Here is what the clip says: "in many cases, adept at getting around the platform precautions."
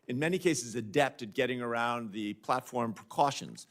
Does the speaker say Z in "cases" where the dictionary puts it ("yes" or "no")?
yes